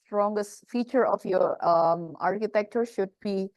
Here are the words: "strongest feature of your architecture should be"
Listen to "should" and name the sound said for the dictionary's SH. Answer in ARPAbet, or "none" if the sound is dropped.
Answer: SH